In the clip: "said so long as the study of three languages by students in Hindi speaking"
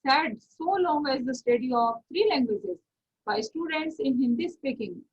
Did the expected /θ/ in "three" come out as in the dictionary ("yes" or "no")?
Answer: no